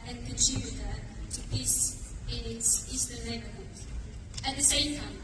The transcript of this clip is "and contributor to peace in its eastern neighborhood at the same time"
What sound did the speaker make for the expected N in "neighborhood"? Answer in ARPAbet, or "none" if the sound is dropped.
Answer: L